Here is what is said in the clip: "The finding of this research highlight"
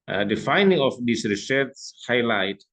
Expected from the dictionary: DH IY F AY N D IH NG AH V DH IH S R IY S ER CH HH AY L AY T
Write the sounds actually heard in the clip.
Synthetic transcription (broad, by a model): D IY F AY N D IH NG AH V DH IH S R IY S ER S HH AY L AY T